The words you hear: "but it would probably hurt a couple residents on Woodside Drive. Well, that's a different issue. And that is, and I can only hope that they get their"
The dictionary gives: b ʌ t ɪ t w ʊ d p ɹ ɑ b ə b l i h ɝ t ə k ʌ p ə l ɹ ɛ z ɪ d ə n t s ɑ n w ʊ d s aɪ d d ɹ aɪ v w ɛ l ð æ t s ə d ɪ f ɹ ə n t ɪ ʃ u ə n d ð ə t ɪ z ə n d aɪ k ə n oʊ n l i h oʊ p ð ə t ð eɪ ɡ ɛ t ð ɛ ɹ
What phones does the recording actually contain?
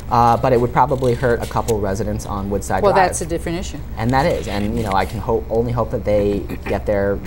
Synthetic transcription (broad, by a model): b ʌ t ɪ t w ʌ d p ɹ ɑ b ə b l i h ɝ t ə k ʌ p l ɹ ɛ z ɪ d ə n t s n w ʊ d s aɪ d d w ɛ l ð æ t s ə d ɪ f ɹ ə n t ɪ ʃ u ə n ð ə t ɪ z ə n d aɪ k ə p oʊ n l i h oʊ p ð ə t ð eɪ ɡ ɛ t ð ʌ ɹ